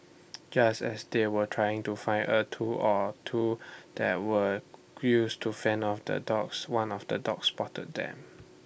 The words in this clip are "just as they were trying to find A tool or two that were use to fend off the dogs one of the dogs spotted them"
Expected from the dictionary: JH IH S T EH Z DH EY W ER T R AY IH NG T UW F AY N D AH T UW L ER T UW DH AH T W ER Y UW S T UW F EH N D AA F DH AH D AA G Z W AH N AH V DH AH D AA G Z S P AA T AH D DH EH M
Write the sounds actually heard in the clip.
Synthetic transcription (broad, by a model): JH IH S T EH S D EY W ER T R AY IH NG T UW F AY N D AH T UW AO T UW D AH T W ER Y UW S T UW F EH N AA F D AH D AA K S W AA N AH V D AH D AA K S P AA T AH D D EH M